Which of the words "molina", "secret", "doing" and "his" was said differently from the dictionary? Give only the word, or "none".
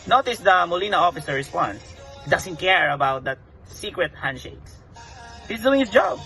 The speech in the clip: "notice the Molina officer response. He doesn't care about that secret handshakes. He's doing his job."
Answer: his